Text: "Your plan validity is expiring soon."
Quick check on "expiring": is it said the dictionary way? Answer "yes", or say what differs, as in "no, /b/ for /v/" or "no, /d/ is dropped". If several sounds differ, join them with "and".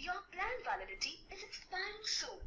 no, /ɹ/ is dropped